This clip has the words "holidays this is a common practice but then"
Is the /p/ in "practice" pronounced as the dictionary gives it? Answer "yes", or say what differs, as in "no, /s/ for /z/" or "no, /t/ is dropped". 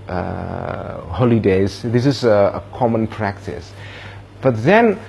yes